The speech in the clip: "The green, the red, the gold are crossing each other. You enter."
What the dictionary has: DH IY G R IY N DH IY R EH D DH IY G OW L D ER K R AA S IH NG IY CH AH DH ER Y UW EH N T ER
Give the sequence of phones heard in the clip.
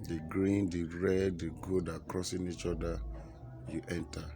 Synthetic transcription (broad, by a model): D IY G R IY N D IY R EH D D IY G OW D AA K R AA S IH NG IY CH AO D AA Y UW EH N T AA